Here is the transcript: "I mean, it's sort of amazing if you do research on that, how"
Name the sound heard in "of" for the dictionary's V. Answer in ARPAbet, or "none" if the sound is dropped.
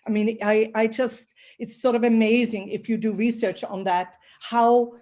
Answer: V